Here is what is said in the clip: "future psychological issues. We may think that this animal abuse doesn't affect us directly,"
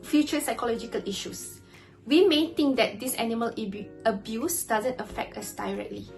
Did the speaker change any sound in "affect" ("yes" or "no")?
no